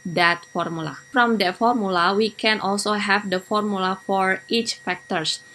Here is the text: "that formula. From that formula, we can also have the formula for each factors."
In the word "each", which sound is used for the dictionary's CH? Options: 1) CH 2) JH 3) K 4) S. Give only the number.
1